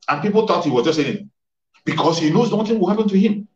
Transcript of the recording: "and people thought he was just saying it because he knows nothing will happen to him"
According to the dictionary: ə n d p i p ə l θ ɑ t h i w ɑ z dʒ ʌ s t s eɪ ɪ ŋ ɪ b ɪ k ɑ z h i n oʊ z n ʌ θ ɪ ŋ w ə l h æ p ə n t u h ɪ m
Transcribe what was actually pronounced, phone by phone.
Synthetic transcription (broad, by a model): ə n p i p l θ ɑ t h i w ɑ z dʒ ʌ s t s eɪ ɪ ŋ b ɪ k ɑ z h i n oʊ z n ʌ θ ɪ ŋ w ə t h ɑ p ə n t u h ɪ m